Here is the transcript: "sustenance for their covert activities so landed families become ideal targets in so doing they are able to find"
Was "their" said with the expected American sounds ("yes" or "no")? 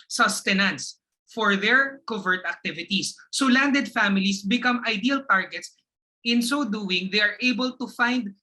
yes